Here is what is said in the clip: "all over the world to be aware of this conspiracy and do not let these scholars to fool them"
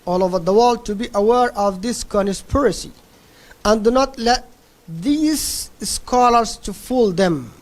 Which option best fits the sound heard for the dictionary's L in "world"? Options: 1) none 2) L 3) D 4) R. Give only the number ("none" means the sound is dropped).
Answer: 2